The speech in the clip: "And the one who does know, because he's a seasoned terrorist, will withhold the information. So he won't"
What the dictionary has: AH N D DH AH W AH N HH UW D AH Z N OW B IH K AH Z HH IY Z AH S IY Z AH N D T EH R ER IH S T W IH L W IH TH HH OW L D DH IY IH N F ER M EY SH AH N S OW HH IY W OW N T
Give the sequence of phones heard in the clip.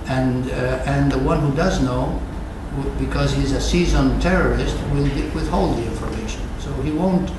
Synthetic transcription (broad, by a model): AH N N DH AH W AH N HH UW D AH Z N OW B IH K AH Z HH IY Z AH S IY Z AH N T EH R ER IH S T W IH L W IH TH HH OW L D DH IY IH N F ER M EY SH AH N S OW HH IY W OW N T